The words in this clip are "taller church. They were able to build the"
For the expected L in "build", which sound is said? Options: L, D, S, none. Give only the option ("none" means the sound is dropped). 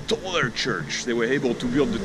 L